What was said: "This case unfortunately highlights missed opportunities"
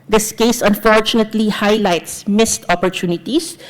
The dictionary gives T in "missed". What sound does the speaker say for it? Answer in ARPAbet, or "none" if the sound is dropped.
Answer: T